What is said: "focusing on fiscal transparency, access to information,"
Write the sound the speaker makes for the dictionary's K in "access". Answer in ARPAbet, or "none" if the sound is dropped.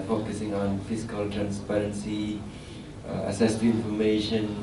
none